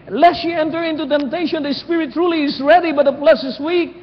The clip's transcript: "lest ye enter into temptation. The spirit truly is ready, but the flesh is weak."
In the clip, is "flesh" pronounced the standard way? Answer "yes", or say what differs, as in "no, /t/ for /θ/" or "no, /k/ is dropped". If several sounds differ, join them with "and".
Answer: no, /p/ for /f/ and /s/ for /ʃ/